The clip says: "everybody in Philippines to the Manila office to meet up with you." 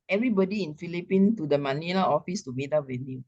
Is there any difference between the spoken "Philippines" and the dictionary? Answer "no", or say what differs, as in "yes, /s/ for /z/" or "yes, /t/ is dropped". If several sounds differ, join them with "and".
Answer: yes, /z/ is dropped